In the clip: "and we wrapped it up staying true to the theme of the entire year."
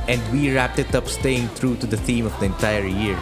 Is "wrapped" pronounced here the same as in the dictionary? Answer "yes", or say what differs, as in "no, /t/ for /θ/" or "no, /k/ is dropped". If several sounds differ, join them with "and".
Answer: yes